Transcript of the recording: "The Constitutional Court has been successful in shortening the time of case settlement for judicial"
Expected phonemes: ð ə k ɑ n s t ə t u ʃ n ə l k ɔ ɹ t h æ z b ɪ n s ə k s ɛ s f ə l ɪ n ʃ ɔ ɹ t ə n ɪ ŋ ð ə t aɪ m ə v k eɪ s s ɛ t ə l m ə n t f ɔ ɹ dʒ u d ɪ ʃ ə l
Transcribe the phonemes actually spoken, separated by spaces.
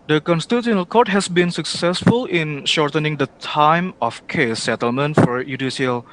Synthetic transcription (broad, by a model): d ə k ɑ n s t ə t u n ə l k ɔ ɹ t h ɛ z b ɪ n s ə k s ɛ s f ə l ɪ n ʃ ɔ ɹ t ə n ɪ ŋ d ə t aɪ m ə f k eɪ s s ɛ t ə l m ə n t f ɔ ɹ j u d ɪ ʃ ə l